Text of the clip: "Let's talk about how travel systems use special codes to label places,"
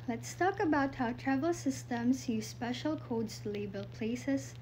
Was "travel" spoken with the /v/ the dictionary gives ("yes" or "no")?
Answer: yes